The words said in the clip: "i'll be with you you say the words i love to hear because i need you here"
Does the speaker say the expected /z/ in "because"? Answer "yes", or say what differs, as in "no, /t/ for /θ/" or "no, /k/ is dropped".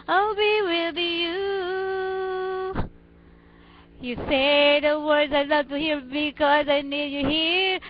yes